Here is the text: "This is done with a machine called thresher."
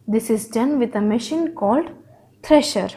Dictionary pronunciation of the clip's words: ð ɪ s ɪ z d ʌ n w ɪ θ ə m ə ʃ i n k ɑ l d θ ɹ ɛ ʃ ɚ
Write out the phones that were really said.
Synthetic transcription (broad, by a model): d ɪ s ɪ z d ʌ n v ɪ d ə m ə ʃ i n k ɑ l d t ɹ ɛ ʃ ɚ